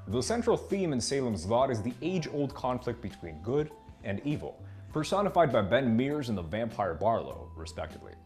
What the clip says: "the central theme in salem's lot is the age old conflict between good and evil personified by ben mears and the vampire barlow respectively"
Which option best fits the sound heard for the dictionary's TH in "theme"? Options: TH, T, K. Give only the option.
TH